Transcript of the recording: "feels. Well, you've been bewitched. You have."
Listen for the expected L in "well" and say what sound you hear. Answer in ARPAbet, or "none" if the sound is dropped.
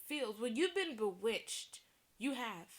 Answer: N